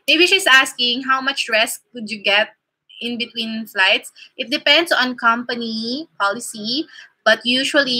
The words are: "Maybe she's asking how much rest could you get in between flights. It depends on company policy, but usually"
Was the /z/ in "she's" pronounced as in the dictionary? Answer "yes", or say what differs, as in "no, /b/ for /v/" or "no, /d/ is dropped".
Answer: no, /s/ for /z/